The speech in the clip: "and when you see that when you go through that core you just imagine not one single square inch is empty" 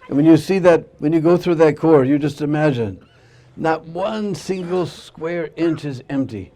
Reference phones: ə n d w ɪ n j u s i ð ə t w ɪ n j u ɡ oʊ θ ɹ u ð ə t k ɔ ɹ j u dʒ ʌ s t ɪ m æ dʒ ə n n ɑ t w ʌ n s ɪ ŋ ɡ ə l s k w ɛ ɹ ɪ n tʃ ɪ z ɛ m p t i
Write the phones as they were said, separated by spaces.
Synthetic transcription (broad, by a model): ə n w ɪ n j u s i ð ə t w ɪ n j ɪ ɡ oʊ θ ɹ u ð ə t k ɔ ɹ j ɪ dʒ ʌ s t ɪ m æ dʒ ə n n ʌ t w ʌ n s ɪ ŋ ɡ l s k w ɛ ɹ ɪ n tʃ ɪ z ɛ m p t i